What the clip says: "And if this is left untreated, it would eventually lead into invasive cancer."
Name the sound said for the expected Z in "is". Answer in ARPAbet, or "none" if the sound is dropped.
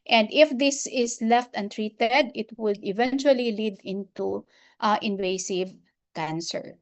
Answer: S